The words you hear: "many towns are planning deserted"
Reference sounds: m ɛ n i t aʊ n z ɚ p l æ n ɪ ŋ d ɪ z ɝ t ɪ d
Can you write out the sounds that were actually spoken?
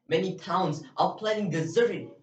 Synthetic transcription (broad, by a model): m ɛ n i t aʊ n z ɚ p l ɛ ɪ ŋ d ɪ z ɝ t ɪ